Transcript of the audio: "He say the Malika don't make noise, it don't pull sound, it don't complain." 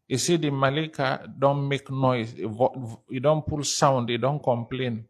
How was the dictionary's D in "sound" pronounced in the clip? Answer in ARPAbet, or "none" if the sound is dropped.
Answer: D